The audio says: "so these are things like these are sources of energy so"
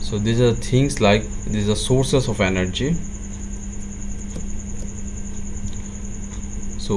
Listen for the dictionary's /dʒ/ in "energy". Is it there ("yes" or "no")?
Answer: yes